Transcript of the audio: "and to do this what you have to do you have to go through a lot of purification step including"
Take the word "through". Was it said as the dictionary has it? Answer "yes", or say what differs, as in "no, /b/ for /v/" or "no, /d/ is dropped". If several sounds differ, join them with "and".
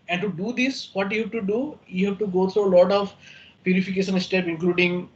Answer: no, /t/ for /θ/